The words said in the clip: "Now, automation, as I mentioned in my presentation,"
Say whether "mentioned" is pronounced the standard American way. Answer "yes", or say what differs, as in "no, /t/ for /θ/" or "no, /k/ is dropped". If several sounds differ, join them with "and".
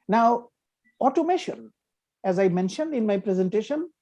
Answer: yes